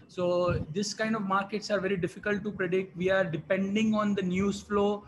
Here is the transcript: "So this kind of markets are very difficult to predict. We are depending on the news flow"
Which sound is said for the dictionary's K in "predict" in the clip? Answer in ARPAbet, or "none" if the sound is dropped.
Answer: K